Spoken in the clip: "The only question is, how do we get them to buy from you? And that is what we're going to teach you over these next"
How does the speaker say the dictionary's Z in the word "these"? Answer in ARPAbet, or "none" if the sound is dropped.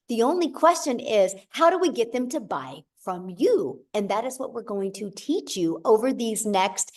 Z